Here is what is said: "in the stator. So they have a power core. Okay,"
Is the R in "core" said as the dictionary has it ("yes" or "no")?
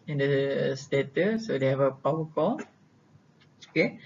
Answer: no